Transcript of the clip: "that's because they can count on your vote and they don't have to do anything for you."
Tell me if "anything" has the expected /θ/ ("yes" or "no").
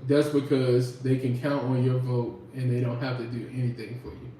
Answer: yes